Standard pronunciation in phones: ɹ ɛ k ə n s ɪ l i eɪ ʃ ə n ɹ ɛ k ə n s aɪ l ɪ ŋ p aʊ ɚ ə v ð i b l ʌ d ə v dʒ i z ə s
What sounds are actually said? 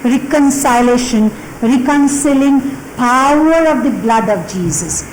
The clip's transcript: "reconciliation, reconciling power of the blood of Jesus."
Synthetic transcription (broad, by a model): ɹ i k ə n s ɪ l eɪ ʃ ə n ɹ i k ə n s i l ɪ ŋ p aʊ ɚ ə v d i b l ʌ d ə v dʒ i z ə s